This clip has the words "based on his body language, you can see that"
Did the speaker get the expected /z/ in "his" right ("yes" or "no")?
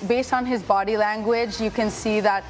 yes